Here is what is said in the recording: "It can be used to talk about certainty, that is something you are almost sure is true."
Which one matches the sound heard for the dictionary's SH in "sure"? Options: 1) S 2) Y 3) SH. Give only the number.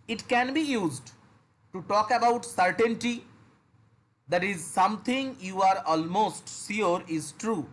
1